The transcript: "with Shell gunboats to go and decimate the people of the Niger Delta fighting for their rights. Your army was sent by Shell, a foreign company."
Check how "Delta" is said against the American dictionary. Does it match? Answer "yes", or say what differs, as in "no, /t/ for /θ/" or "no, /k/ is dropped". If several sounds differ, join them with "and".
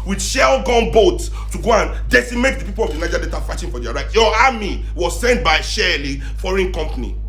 no, /l/ is dropped